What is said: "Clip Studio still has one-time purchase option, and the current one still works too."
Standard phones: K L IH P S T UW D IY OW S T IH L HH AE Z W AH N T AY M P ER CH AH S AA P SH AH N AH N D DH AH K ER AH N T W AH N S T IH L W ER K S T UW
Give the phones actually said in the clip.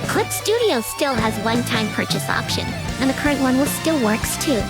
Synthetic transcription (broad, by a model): K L IH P S T UW D IY OW S T IH L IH Z W AH N T AY M P ER CH AH S AA P SH AH N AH N DH AH K ER AH N T W AH N S T IH L W ER K S T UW